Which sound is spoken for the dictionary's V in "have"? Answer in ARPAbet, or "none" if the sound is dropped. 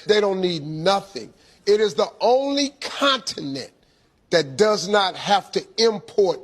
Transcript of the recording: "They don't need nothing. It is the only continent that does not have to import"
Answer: F